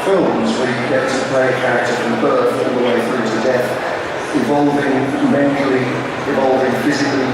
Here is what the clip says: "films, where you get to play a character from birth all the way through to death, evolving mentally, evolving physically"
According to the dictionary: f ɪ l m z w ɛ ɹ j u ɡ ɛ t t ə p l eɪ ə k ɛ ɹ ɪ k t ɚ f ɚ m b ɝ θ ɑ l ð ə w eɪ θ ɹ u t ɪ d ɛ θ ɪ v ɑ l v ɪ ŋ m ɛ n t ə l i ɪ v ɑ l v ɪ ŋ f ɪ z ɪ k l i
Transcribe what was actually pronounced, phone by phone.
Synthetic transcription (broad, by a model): f ɪ l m z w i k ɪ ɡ ɛ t t ə p l eɪ ə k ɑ ɪ t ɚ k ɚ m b ɝ t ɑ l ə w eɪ θ ɹ u t ɪ d ɛ θ ɪ v ɑ l v ɪ ŋ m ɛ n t l i ɪ v ɑ l v ɪ ŋ f ɪ z ɪ k l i